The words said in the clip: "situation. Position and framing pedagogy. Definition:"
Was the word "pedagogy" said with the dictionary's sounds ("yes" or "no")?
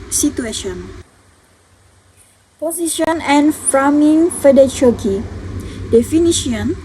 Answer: no